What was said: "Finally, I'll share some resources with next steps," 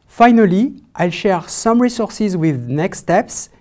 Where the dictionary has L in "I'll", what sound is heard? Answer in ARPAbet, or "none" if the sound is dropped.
L